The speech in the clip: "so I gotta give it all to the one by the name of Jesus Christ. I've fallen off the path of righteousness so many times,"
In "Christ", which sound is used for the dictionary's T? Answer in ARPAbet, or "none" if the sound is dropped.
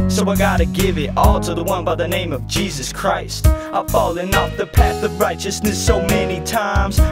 T